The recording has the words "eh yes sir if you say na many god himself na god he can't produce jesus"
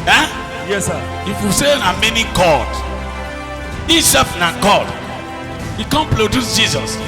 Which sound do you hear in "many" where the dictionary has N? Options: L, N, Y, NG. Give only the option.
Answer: N